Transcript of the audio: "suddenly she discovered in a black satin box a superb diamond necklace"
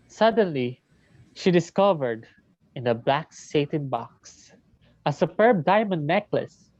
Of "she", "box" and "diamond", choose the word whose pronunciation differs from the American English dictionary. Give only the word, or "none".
none